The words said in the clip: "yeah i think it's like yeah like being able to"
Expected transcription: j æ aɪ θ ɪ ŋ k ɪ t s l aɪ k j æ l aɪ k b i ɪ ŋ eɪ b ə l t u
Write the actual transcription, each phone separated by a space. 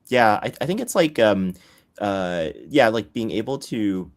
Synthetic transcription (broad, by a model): j æ aɪ θ ɪ ŋ k ɪ t s l aɪ k j æ l aɪ k b i ɪ ŋ eɪ b l t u